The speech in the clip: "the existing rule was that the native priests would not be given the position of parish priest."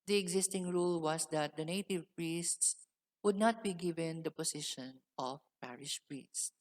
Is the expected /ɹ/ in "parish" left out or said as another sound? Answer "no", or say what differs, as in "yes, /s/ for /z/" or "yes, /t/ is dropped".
no